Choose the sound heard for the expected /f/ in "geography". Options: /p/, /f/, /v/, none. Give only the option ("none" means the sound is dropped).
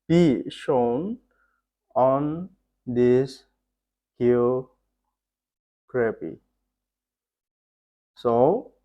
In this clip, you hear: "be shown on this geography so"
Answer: /p/